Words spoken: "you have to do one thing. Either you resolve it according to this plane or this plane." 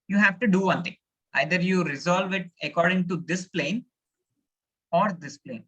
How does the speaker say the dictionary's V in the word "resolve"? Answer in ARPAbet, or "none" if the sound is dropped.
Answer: V